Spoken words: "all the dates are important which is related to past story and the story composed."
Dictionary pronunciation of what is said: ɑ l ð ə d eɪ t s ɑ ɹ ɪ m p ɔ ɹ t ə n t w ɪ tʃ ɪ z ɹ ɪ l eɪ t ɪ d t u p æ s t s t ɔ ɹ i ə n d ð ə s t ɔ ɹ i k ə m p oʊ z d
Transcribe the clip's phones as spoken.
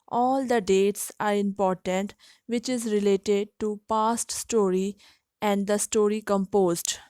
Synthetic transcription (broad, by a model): ɑ l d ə d eɪ t s ɑ ɹ ɪ m p ɔ ɹ t ə n t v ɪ tʃ ɪ z ɹ ɪ l eɪ t ɪ d t u p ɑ s t s t ɔ ɹ i ə n d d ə s t ɔ ɹ i k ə m p oʊ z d